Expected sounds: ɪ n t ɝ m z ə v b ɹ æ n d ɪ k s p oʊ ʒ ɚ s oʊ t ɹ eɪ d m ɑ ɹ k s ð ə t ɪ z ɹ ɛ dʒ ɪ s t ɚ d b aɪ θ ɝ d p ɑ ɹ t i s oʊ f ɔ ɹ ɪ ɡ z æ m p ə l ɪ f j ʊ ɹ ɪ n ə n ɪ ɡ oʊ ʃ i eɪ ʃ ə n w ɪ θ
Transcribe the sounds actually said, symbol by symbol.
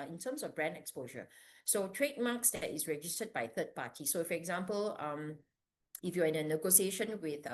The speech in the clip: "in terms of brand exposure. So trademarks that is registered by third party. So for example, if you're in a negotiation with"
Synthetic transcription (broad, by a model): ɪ n t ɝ m s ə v b ɹ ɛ n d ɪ k s p oʊ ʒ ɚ s oʊ t ɹ eɪ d m ɑ k s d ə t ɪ s ɹ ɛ dʒ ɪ s t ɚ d b aɪ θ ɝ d p ɑ t i s oʊ f ɔ ɹ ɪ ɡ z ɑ m p ə l ɪ f j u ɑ ɪ n ə n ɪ ɡ oʊ s i eɪ ʃ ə n w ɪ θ